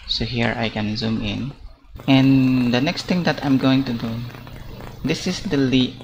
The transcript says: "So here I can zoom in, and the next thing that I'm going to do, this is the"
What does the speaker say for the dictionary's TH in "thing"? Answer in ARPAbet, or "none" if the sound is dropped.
T